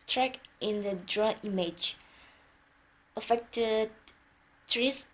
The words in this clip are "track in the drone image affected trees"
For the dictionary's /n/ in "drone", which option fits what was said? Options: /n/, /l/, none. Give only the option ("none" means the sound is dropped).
none